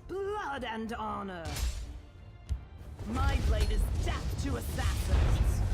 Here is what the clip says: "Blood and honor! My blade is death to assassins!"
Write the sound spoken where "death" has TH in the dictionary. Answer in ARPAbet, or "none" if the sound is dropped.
F